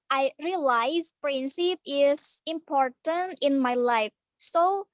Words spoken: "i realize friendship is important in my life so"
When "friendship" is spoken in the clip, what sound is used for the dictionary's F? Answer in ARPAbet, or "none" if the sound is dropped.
P